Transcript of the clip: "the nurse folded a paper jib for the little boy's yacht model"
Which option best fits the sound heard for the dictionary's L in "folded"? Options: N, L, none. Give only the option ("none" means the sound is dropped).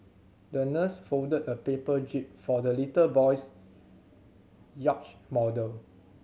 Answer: none